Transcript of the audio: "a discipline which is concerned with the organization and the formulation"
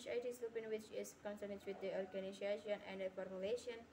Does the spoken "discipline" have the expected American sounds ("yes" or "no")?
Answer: no